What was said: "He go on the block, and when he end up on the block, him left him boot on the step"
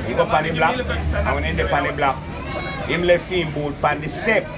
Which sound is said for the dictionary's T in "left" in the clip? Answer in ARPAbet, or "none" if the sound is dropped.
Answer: none